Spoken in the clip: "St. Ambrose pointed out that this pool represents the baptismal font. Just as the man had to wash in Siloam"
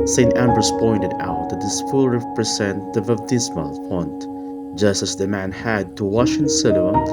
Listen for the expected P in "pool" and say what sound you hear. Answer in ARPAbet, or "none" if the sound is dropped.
F